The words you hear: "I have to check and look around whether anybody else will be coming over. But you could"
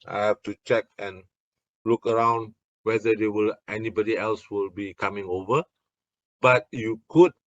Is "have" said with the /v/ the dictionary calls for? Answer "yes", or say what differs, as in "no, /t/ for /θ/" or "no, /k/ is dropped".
no, /f/ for /v/